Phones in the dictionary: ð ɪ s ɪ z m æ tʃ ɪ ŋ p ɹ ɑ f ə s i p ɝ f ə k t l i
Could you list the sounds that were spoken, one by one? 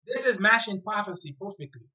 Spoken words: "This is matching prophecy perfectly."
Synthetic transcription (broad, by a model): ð ɪ s ɪ z m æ ʃ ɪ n p ɹ ɑ f ə s i p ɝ f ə k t l i